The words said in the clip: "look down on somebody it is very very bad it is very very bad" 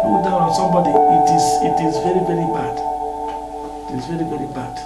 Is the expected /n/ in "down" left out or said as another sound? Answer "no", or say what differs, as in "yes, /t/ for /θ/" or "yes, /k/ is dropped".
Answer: yes, /n/ is dropped